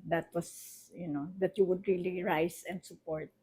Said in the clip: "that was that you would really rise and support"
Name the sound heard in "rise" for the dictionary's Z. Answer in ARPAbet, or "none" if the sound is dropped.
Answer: S